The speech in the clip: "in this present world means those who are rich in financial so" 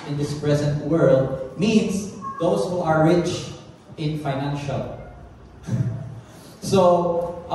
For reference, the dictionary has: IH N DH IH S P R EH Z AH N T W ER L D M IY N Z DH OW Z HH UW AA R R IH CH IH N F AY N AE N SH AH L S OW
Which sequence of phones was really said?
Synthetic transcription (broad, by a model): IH N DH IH S P R EH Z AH N T W ER L D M IY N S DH OW S HH UW AA R R IH CH IH N F AY N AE N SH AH L S OW